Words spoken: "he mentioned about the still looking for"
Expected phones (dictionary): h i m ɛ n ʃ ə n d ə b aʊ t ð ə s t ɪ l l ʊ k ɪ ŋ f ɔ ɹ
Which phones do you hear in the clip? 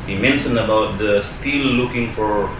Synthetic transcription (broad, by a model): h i m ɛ n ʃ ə n ə b aʊ t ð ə s t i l l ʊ k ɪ ŋ f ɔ ɹ